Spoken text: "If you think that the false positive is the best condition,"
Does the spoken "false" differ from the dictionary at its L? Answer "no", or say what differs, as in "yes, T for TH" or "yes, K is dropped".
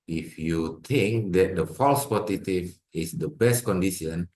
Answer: no